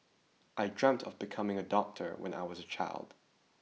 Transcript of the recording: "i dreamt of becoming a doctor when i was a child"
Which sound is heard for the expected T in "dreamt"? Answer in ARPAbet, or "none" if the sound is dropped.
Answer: T